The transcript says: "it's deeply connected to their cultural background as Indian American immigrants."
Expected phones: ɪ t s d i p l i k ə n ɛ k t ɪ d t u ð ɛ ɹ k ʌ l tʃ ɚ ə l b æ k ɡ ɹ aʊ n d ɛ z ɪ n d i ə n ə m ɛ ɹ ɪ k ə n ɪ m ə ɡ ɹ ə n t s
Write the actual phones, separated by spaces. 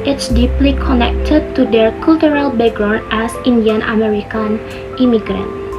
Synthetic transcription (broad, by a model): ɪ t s d i p l i k ə n ɛ k t ɪ d t u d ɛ ɹ k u l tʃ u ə l b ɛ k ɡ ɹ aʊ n ɛ s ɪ n d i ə n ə m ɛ ɹ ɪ k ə n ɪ m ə ɡ ɹ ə n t